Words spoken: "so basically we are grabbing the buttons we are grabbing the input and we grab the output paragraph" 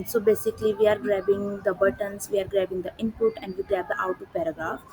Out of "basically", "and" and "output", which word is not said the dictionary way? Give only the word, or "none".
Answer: output